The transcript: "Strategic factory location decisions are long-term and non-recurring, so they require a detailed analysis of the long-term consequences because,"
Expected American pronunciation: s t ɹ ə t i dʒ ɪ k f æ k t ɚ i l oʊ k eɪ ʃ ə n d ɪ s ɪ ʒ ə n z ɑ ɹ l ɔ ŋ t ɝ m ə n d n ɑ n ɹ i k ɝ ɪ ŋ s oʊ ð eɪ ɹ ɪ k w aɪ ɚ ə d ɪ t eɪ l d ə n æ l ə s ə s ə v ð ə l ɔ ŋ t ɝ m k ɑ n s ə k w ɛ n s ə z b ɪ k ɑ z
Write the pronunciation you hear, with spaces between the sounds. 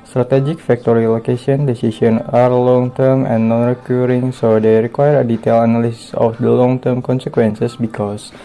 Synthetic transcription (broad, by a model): s t ɹ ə t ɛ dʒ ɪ k f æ k t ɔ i l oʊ k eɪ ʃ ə n d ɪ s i s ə n ɑ ɹ l ɔ ŋ t ɝ m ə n n ɑ n ɹ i k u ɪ ŋ s oʊ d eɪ ɹ ɪ k w aɪ ɚ ə d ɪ t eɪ l ə n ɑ l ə s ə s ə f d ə l ɔ ŋ t ɝ m k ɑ n s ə k w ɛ n s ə s b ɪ k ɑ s